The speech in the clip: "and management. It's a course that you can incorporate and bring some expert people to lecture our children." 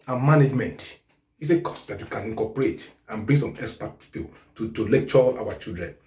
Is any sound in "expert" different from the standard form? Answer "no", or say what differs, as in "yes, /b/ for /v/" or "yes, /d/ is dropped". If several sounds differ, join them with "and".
yes, /k/ is dropped